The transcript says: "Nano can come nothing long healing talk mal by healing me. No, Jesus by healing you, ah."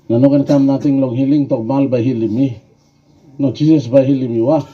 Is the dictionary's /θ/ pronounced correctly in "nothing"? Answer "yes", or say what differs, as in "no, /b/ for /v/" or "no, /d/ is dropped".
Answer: no, /t/ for /θ/